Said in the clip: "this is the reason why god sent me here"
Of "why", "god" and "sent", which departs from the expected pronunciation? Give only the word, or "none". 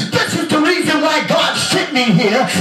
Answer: sent